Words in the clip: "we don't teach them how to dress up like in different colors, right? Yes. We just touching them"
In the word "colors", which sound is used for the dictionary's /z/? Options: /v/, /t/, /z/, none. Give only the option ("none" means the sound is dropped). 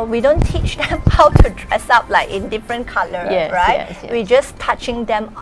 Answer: none